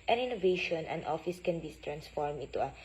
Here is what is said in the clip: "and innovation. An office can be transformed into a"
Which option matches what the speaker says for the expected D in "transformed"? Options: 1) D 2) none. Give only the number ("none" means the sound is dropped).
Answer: 2